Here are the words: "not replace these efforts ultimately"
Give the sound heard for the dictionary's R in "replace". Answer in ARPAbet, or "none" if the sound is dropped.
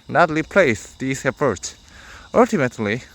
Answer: L